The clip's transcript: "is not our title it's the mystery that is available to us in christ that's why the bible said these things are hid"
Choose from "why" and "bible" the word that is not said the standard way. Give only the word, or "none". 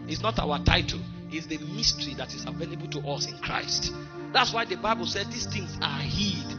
none